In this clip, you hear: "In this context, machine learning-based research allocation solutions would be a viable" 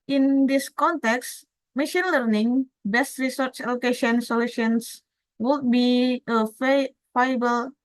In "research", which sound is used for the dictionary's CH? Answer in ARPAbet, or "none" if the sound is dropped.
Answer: CH